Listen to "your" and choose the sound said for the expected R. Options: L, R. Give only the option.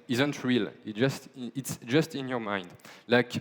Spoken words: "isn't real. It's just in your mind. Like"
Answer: R